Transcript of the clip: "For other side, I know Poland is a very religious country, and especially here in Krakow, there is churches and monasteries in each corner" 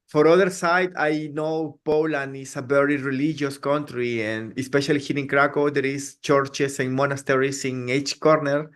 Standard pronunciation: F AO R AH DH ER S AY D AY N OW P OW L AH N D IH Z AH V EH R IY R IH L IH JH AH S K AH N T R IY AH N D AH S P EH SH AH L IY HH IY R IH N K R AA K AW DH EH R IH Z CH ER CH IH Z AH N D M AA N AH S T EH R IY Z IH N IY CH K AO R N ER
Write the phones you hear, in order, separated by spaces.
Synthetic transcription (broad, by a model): F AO R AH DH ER S AY D AY N OW P OW L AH N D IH S AH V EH R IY R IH L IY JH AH S K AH N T R IY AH N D AH S P EH SH AH L IY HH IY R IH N K R AA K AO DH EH R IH S CH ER CH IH S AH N M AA N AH S T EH R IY S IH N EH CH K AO R N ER